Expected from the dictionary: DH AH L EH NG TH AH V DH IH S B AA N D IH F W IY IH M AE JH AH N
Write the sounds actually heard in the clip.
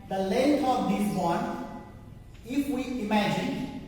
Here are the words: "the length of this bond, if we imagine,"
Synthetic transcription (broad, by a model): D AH L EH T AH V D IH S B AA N IH F W IY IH M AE JH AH N